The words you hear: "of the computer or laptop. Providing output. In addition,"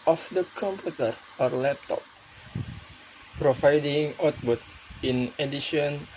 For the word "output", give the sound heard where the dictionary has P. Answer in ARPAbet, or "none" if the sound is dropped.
B